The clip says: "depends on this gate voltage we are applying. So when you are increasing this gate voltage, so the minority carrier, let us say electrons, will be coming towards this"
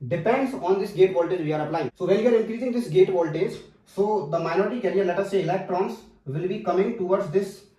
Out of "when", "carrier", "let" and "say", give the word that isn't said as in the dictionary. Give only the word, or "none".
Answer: when